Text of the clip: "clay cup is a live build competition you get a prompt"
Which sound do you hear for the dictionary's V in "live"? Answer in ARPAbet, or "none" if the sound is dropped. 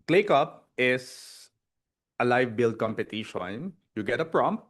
V